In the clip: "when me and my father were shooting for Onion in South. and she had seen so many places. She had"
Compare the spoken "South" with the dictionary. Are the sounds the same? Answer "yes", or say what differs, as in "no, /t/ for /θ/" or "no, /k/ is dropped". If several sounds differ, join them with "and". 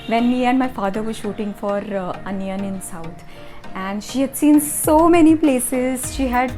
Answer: no, /t/ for /θ/